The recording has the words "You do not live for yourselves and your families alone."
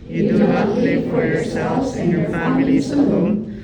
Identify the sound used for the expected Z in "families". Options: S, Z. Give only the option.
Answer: S